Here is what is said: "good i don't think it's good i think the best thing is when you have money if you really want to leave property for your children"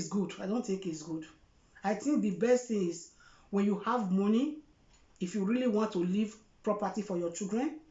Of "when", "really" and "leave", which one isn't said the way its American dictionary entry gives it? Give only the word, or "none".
none